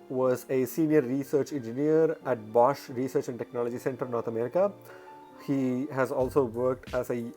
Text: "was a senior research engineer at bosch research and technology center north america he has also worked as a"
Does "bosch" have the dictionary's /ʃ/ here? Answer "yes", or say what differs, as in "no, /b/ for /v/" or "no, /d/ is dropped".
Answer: yes